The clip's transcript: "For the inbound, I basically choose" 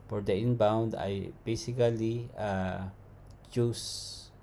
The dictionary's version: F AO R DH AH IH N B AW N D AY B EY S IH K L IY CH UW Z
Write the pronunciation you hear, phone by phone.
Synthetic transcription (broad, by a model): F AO R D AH IH N B AW N D AY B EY S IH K L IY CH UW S